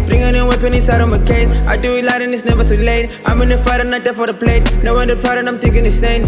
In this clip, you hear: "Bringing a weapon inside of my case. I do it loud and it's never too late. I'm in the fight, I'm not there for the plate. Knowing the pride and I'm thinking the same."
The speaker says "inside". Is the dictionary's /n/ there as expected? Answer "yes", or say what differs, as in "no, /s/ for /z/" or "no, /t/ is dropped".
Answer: no, /n/ is dropped